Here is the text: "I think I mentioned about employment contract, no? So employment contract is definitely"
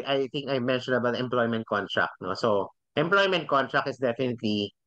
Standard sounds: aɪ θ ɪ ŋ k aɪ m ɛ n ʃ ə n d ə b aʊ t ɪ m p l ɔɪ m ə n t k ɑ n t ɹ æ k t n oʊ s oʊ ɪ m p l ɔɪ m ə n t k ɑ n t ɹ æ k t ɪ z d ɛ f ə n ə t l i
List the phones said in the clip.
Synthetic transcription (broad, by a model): aɪ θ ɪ ŋ k aɪ m ɛ n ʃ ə n ə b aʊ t ɪ m p l ɔɪ m ə n t k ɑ n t ɹ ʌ k t n oʊ s oʊ ɪ m p l ɔɪ m ə n t k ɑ n t ɹ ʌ k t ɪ s d ɛ f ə n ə t l i